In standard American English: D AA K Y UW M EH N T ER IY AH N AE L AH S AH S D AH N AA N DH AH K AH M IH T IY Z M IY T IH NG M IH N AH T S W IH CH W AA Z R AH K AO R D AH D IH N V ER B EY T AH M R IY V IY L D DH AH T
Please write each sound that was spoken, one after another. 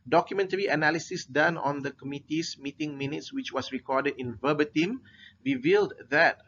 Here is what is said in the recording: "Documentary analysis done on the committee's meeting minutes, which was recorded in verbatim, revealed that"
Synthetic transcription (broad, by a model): D AA K Y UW M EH N T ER IY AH N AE L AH S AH S D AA N AA N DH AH K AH M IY T IY S M IY T IH NG M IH N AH T S W IH CH W AA S R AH K AO D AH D IH N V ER B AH T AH M R IY V IY L D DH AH T